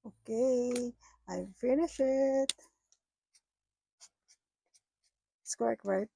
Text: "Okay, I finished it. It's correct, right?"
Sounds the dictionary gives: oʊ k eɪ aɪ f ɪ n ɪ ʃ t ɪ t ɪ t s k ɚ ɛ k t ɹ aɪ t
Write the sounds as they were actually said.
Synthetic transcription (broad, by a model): oʊ k eɪ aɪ f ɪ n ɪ ʃ ɪ t ɪ t s k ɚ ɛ k t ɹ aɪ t